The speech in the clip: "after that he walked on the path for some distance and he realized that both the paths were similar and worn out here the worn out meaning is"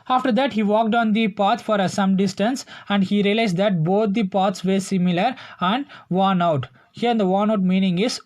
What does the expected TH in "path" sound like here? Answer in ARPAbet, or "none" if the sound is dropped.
T